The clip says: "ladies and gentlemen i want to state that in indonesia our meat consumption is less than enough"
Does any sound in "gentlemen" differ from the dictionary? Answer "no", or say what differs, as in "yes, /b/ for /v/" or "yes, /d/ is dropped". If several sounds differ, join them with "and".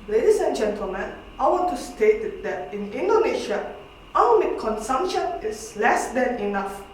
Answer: no